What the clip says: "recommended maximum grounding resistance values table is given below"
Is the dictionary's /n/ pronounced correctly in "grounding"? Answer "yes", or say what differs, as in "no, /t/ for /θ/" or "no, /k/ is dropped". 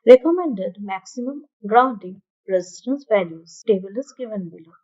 no, /n/ is dropped